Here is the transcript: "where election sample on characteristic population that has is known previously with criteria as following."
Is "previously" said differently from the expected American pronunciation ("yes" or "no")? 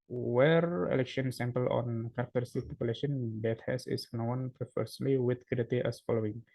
yes